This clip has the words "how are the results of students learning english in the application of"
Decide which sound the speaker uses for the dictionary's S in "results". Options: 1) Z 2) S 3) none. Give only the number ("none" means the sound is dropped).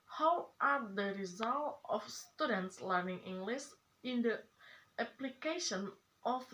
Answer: 3